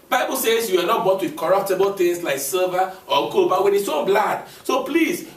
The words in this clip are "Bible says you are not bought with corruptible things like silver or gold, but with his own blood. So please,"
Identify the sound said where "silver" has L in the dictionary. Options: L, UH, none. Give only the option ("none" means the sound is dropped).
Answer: none